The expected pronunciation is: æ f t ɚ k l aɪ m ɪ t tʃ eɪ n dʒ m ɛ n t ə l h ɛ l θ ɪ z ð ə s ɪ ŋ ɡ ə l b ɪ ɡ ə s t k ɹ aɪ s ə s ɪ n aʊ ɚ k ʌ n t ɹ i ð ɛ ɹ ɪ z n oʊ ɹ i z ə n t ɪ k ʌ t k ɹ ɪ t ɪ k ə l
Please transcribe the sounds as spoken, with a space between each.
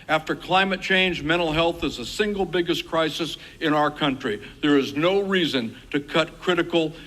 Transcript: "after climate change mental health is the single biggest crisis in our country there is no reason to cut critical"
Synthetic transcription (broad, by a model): æ f t ɚ k l aɪ m ɪ t tʃ eɪ n dʒ m ɛ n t l h ɛ l θ ɪ z ð ə s ɪ ŋ ɡ l b ɪ ɡ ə s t k ɹ aɪ s ə s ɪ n aʊ ɚ k ʌ n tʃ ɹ i ð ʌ ɹ ɪ z n oʊ ɹ i z ə n t ɪ k ʌ t k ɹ ɪ t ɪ k l